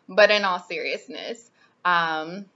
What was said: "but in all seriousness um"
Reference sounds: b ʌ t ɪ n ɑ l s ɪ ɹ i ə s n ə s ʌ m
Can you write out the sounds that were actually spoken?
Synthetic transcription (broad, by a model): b ʌ t ɪ n ɑ l s ɪ ɹ i ə s n ə s ʌ m